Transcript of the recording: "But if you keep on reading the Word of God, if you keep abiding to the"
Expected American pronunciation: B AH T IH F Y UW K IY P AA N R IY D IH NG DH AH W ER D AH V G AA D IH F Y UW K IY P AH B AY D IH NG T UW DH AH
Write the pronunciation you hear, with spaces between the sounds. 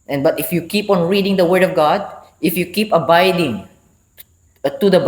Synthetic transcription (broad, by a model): B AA T IH F Y UW K IY P AA N R IY D IH NG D AH W ER D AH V G AA D IH F Y UW K IY P AH B AY D IH NG T UW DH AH